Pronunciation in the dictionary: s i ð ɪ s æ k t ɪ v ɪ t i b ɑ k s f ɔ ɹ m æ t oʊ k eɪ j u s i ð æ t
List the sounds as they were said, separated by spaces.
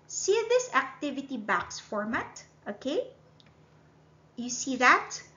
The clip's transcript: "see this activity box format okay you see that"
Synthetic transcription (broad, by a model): s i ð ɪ s æ k t ɪ v ɪ t i b ɑ k s f ɔ ɹ m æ t oʊ k eɪ j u s i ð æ t